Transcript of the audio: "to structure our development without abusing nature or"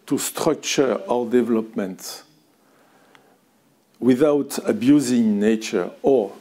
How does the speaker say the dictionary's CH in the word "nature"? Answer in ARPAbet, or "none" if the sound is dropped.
CH